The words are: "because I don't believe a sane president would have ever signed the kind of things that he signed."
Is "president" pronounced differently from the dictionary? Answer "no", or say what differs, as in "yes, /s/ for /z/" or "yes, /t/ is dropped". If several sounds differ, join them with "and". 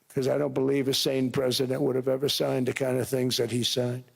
no